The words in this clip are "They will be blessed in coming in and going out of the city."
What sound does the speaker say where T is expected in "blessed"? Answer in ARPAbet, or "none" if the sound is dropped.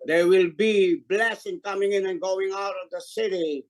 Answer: none